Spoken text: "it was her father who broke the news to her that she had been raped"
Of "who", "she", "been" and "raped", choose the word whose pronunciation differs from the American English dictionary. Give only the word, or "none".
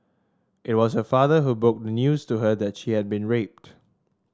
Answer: none